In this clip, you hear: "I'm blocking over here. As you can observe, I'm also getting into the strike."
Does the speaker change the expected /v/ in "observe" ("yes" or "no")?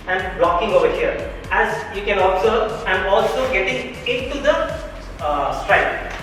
yes